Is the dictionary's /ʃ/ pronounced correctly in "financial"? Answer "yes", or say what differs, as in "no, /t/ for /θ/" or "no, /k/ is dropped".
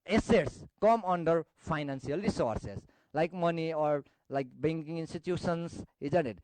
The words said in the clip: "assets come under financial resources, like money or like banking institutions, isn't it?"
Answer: no, /s/ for /ʃ/